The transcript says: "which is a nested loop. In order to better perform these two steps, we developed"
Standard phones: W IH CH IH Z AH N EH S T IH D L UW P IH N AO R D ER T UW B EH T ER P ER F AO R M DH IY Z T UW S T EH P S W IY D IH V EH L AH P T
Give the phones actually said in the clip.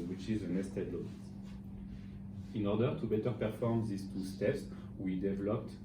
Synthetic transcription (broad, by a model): W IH CH IH Z AH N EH S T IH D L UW IH N AO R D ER T UW B EH T ER P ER F AO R M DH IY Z T UW S T EH P S W IY D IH V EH L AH P T